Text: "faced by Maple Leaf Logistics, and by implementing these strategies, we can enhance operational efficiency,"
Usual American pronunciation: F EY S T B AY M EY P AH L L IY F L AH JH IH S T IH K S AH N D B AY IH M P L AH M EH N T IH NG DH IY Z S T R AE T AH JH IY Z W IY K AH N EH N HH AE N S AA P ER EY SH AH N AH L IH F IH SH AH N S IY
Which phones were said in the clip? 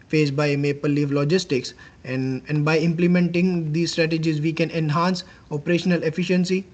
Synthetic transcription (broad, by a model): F EY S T B AY M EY P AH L L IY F L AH JH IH S T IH K S AH N D B AY IH M P L AH M EH N T IH NG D IY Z S T R AE T AH JH IY Z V IY K AH N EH N HH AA N S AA P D EY SH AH N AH L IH F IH SH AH N S IY